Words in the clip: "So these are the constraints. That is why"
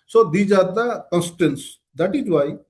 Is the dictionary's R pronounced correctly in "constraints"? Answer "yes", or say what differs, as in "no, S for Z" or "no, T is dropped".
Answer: no, R is dropped